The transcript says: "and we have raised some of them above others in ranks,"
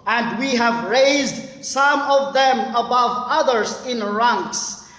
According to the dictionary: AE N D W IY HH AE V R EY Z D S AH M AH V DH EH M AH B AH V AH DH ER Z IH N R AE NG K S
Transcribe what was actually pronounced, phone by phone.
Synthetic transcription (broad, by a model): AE N D W IY HH AE V R EY Z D S AH M AH V DH EH M AH B AH V AH DH ER Z IH N R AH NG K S